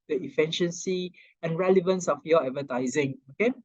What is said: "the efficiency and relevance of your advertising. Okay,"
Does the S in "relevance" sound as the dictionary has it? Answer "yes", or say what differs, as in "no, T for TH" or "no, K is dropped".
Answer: yes